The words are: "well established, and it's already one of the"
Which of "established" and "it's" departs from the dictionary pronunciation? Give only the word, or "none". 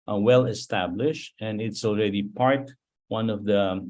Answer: none